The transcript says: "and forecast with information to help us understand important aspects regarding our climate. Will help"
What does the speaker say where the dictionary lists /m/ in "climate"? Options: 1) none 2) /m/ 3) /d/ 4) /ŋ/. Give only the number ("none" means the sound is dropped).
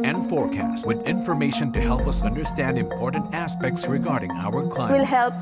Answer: 1